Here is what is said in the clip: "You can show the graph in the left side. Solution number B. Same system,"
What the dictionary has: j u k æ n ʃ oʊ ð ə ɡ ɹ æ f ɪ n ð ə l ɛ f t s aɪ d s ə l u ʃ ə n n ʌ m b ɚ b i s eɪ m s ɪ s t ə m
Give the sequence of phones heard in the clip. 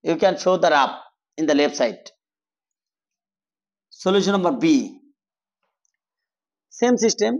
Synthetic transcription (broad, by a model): j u k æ n ʃ oʊ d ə ɹ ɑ p ɪ n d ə l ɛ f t s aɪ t s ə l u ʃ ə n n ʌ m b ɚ b i s eɪ m s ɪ s t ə m